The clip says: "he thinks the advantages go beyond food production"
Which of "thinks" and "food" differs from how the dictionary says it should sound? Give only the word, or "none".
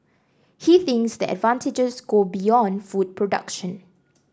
none